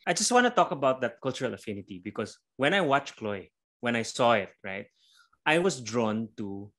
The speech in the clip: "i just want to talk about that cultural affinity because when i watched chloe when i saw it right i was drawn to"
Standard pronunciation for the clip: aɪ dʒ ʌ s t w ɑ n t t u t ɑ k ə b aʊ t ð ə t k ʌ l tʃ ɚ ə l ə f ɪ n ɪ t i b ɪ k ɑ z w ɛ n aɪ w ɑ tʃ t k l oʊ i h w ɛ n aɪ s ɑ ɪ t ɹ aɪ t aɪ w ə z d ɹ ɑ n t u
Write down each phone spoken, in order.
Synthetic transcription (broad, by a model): aɪ dʒ ʌ s t w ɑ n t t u t ɑ k ə b aʊ t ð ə t k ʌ l tʃ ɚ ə l ə f ɪ n ɪ t i b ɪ k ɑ s w ɛ n aɪ w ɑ tʃ k l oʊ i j w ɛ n aɪ s ɑ ɪ t ɹ aɪ t aɪ w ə s d ɹ ɑ n t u